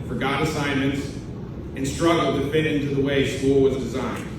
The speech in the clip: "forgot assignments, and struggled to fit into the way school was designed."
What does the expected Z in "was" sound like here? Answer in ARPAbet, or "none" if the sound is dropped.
Z